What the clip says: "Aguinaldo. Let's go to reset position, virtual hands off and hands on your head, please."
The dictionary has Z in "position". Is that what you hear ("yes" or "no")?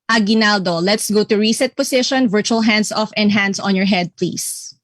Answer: no